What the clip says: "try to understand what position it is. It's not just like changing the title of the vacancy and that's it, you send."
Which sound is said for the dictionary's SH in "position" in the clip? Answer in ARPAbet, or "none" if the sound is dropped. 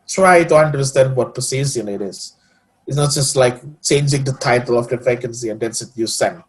S